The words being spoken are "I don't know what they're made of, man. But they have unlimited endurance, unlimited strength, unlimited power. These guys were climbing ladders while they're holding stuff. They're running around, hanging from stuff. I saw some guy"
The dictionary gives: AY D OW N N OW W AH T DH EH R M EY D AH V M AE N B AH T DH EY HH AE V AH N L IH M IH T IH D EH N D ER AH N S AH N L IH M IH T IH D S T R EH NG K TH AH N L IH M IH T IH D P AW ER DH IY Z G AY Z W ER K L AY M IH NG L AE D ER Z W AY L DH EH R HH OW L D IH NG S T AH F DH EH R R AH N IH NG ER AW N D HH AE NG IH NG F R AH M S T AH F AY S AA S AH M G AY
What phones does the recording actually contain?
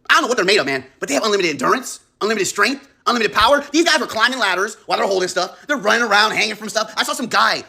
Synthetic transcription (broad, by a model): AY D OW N N OW W AH T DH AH R M EY D AH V M AE N B AH T DH EY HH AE V AH N L IH M IH T IH D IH N D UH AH N S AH N L IH M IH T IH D S T R EH NG K TH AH N L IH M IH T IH D P AW ER DH IY Z G AY Z W ER K L AY M IH NG L AE D ER Z W AY L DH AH R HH OW L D IH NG S T AH F DH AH R R AH N IH NG ER AW N D HH AE NG IH NG F R AH M S T AH F AY S AA S AH M G AY